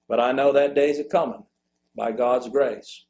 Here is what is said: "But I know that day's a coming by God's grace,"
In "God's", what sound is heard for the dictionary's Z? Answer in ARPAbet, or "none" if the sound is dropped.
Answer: Z